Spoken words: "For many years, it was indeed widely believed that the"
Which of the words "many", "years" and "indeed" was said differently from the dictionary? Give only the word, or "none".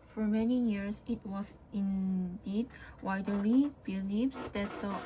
years